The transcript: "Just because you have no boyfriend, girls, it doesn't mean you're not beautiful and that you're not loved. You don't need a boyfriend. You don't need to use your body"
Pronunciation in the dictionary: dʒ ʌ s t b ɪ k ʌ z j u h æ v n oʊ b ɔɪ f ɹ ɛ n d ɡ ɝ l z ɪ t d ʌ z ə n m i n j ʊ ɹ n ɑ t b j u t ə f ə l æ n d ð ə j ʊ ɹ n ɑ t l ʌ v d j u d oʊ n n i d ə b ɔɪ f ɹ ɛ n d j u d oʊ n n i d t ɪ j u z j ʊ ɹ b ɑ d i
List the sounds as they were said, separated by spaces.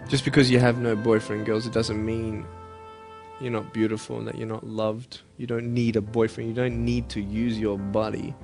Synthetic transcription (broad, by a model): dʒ ʌ s b ɪ k ʌ z j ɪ v n oʊ b ɔɪ f ɹ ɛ n ɡ ɝ l z ɪ t d ʌ z ə n m i n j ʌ ɹ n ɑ t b j u t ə f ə l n ð ə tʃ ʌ ɹ n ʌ t l ʌ v d j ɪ d oʊ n n i d ə b ɔɪ f ɹ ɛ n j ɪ d oʊ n n i d t ɪ j u z j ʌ ɹ b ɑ d i